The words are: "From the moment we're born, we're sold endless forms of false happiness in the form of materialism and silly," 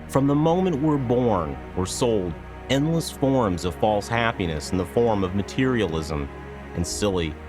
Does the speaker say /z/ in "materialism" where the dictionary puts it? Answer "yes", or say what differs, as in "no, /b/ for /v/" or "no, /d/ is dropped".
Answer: yes